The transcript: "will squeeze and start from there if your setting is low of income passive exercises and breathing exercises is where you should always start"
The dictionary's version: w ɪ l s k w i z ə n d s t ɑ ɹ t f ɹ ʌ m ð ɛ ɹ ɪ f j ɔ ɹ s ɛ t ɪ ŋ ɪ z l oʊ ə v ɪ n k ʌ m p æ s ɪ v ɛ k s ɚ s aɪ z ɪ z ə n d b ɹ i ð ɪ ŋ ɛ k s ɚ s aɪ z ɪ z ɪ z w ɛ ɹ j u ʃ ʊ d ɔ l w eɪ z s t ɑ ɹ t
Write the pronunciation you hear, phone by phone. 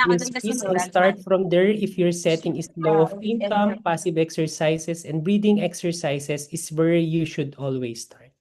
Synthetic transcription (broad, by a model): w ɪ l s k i s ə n s t ɑ ɹ t f ɹ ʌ m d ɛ ɹ ɪ f j ɔ ɹ s ɛ t ɪ ŋ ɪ s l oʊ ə p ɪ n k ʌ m p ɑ s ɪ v ɛ k s ɚ s aɪ s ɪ s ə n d b ɹ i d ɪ ŋ ɛ k s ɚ s aɪ s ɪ s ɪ s w ɛ ɹ j u ʃ ʊ d ɔ l w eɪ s t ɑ ɹ t